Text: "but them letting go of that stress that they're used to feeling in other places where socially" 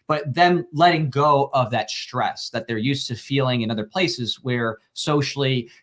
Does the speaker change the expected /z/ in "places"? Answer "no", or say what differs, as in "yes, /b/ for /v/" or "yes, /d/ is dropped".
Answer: no